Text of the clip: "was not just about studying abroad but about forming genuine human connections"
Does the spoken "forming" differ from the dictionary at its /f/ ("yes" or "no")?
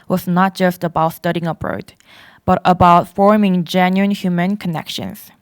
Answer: no